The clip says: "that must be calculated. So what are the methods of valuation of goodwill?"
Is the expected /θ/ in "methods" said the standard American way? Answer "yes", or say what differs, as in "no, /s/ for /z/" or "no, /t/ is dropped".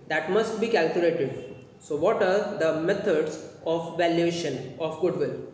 no, /t/ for /θ/